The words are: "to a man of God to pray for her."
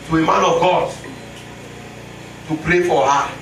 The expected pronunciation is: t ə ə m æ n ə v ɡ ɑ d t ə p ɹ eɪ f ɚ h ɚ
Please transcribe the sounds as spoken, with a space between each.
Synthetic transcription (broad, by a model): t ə ə m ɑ n ə v ɡ ɑ d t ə p ɹ eɪ f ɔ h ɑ